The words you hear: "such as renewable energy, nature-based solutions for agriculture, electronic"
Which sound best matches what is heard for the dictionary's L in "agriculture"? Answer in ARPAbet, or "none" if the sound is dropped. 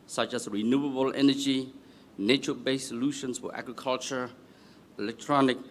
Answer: L